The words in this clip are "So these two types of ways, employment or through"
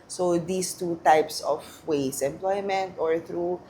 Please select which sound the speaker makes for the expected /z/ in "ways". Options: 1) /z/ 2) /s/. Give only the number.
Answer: 2